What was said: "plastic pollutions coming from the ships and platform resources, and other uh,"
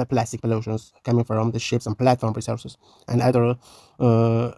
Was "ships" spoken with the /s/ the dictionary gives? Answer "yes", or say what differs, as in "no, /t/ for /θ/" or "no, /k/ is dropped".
yes